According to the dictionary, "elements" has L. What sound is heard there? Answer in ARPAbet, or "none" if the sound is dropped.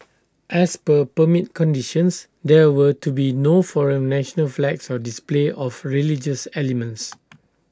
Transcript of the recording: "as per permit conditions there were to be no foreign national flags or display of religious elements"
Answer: L